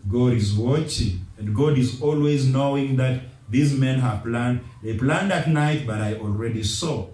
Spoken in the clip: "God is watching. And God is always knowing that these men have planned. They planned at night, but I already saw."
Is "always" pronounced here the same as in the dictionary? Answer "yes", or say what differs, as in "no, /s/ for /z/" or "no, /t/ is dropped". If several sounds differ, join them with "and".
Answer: yes